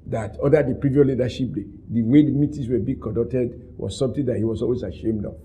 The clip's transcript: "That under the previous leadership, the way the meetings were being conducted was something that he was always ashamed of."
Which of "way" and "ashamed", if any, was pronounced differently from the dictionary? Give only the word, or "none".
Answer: none